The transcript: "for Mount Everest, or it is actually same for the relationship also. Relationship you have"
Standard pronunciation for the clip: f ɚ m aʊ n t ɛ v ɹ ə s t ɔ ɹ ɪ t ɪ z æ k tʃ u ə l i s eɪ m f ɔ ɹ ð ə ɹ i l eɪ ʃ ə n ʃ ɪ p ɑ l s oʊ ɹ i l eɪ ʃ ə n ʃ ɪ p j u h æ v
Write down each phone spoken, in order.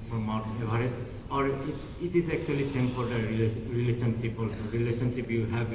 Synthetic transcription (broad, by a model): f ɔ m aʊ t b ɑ ɹ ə t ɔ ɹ ɪ t ɪ z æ k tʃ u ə l i s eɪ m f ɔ ɹ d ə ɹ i l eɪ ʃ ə n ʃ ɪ p ɑ l s oʊ ɹ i l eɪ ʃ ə n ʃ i p j u h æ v